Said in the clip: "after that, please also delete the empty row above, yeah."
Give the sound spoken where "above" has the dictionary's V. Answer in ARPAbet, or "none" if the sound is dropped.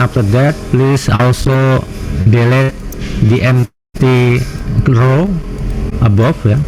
F